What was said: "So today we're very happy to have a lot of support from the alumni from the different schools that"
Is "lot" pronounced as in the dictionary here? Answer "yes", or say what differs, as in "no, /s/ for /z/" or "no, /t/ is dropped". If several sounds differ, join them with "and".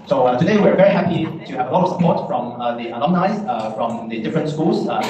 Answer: yes